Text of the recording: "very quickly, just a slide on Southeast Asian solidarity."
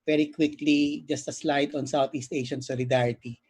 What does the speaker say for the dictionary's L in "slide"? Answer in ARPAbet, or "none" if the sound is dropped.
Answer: L